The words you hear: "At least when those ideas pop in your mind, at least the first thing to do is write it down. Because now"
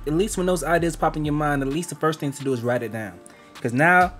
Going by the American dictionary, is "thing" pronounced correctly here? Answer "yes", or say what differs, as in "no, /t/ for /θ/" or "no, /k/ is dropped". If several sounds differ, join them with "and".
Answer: yes